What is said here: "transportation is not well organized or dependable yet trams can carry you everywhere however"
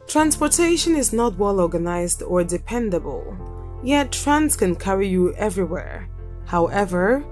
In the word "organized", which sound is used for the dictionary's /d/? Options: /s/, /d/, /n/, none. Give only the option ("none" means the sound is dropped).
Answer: /d/